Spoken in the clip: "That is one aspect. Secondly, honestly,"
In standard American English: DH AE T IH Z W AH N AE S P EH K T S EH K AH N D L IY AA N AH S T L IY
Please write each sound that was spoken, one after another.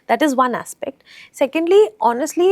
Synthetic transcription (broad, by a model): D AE T IH Z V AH N AE S P EH K T S EH K AH N D L IY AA N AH S T L IY